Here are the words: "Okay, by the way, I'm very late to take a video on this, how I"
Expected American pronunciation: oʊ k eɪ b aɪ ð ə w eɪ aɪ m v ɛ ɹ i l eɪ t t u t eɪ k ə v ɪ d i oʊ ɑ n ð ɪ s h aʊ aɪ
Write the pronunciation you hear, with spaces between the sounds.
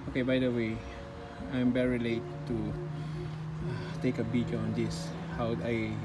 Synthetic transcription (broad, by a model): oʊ k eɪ b aɪ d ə w eɪ aɪ m v ɛ ɹ i l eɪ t t u t eɪ k ə b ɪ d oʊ ɑ n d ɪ s h aʊ aɪ